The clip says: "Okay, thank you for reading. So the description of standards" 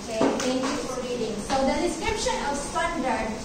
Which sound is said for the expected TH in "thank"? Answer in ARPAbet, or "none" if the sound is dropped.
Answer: T